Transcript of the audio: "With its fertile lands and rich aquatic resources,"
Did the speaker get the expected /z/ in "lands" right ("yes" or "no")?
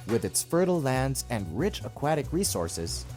yes